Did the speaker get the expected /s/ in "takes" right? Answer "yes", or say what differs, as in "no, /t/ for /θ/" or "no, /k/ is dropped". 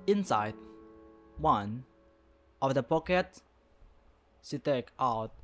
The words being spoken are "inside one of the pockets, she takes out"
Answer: no, /s/ is dropped